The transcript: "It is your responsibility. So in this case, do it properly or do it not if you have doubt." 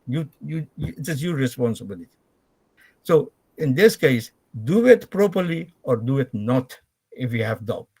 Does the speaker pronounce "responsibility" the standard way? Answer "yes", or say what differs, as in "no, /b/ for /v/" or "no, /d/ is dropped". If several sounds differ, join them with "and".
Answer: yes